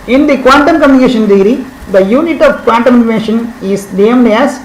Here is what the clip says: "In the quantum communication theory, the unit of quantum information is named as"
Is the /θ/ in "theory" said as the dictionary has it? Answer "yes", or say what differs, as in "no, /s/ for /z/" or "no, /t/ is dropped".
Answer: no, /t/ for /θ/